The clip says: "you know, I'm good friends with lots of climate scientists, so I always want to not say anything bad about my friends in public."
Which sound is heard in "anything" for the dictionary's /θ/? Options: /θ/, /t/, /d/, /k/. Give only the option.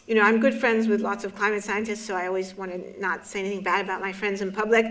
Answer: /θ/